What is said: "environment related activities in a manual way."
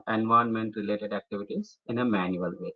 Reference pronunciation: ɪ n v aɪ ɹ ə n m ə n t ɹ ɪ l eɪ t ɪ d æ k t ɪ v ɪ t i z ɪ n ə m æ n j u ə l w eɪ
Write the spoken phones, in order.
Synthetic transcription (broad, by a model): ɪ n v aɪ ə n m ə n t ɹ ɪ l eɪ t ɪ d æ k t ɪ v ɪ t i z ɪ n ə m æ n j u ə l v eɪ